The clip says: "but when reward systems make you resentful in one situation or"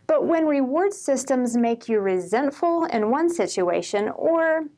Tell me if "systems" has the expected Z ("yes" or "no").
yes